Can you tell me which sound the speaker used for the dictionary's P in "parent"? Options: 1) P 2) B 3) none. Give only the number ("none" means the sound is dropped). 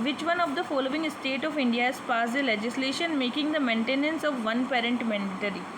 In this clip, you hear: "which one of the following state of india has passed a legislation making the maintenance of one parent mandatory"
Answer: 1